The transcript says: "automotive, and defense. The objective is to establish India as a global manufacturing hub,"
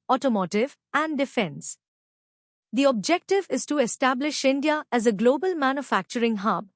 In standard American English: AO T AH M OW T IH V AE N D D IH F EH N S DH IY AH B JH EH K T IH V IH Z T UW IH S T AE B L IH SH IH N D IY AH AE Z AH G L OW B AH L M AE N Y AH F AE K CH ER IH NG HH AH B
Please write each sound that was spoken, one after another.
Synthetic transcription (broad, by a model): AO T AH M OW T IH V AE N D D IH F EH N S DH IY AH B JH EH K T IH V IH Z T UW IH S T AE B L IH SH IH N D IY AH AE Z AH G L OW B AH L M AE N Y AH F AE K CH ER IH NG HH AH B